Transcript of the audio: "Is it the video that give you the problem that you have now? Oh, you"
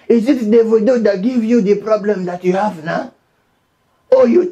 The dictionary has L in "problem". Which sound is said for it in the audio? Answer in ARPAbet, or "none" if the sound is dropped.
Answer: L